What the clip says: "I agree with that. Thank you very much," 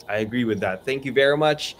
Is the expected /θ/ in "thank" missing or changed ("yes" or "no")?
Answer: no